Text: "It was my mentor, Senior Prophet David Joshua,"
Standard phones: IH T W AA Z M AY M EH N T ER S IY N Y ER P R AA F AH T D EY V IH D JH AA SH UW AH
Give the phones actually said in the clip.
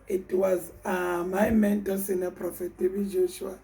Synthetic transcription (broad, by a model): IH T W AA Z M AY M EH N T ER S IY N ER P R AA F AH T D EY B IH JH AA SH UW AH